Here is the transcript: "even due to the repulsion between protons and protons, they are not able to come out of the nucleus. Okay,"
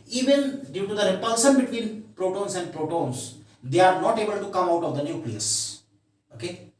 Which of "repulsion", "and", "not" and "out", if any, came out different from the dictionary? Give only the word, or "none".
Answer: repulsion